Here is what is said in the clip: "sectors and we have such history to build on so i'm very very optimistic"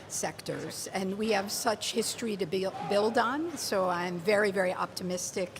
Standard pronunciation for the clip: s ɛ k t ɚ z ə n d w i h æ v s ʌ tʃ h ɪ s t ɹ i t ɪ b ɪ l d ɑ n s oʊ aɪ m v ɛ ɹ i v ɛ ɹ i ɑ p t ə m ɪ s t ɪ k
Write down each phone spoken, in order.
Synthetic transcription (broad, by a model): s ɛ k t ɚ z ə n w i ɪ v s ʌ tʃ h ɪ s t ɹ i t ɪ b ɪ l d n s oʊ aɪ m v ɛ ɹ i v ɛ ɹ i ɑ p t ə m ɪ s t ɪ k